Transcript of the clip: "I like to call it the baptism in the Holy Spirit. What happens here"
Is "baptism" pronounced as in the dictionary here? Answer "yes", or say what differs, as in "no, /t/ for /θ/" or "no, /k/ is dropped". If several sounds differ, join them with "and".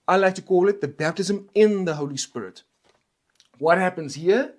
yes